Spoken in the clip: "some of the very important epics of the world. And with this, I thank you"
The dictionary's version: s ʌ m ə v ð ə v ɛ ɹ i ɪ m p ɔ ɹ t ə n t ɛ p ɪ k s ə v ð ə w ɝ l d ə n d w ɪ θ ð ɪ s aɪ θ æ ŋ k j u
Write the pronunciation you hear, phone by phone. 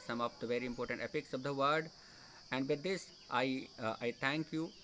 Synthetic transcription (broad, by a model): s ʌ m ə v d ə v ɛ ɹ i ɪ m p ɔ ɹ t ə n t ɛ p ɪ k s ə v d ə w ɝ d ə n d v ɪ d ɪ s aɪ t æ ŋ k j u